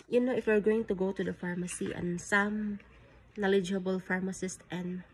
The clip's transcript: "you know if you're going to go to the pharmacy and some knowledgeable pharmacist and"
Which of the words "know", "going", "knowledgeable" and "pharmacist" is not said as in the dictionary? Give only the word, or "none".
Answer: none